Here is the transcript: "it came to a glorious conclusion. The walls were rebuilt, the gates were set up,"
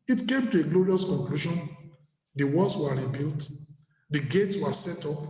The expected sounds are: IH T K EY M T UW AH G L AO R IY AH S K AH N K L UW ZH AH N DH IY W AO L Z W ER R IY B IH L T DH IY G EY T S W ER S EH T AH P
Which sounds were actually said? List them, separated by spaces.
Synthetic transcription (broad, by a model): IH T K EY M T UW AH G L AO R IY AH S K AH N K L UW SH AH N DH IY W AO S W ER R IY B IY L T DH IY G EY T S W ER S EH T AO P